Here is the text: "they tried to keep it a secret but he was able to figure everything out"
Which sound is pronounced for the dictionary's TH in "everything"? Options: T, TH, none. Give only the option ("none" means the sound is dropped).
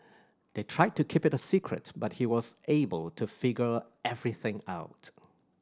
TH